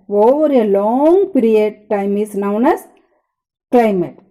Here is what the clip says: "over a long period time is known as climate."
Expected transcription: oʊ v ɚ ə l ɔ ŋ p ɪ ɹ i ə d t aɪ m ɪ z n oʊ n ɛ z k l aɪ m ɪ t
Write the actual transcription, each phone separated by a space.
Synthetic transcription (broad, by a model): oʊ v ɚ ə l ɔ ŋ p ɪ ɹ i ə d t aɪ m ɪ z n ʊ n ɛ s k l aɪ m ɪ t